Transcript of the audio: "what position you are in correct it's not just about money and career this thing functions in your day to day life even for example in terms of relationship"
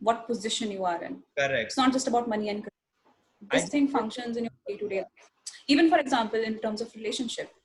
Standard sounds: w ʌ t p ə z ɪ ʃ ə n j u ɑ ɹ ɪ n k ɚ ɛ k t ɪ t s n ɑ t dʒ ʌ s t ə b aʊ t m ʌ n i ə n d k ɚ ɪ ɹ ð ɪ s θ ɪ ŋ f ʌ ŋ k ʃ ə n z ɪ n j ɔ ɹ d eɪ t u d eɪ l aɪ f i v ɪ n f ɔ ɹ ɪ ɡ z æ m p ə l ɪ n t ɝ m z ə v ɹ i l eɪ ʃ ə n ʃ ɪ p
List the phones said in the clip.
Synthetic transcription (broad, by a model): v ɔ t p ə z ɪ ʃ ə n j u ɑ ɹ ɪ n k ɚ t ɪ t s n ɑ t dʒ ʌ s t ə b aʊ t m ʌ n i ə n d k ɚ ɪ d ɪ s t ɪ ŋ f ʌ ŋ k ʃ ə n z ɪ n j ɔ ɹ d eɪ t u d eɪ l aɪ i v ɪ n f ɔ ɹ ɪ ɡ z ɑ m p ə l ɪ n t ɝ m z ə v ɹ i l eɪ ʃ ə n ʃ ɪ p